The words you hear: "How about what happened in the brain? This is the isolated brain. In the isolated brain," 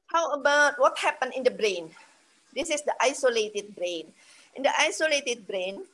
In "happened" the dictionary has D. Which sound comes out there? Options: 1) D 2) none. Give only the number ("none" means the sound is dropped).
2